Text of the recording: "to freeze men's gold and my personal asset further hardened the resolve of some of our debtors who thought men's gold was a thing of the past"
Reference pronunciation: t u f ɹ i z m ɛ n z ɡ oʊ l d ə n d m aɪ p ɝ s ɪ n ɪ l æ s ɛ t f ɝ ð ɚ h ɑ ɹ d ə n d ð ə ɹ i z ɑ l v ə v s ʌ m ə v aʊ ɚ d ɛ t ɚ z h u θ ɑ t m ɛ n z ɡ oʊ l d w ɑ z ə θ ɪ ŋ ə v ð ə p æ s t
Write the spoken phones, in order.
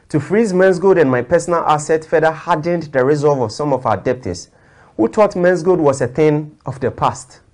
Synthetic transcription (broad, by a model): t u f ɹ i z m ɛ n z ɡ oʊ d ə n m aɪ p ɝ s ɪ n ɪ l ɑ s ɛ t f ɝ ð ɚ h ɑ d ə n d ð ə ɹ i z ɑ l v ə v s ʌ m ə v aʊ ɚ d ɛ t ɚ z h u t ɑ t m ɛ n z ɡ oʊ d w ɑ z ə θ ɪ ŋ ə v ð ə p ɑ s t